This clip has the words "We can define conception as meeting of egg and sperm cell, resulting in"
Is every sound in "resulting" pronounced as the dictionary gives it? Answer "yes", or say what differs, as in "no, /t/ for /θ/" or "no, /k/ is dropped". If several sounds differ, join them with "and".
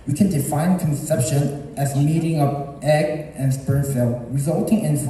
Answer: yes